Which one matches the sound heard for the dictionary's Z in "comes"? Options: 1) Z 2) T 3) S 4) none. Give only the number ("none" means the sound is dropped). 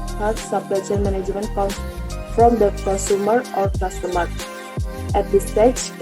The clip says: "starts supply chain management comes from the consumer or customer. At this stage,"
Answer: 4